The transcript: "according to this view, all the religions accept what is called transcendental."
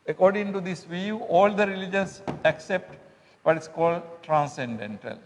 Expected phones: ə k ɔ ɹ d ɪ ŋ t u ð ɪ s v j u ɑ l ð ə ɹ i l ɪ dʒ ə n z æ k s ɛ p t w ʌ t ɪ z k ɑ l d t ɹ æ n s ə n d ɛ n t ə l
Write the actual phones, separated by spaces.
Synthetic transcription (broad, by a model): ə k ɔ ɹ d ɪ ŋ t u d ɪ s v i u ɑ l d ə ɹ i l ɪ dʒ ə n s æ k s ɛ p t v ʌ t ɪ s k ɑ l d t ɹ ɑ n s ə n d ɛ n t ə l